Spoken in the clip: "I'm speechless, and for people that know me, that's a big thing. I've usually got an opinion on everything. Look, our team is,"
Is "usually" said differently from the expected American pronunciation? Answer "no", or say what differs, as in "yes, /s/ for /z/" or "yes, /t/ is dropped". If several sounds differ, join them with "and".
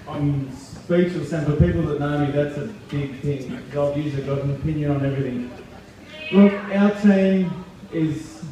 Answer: yes, /z/ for /ʒ/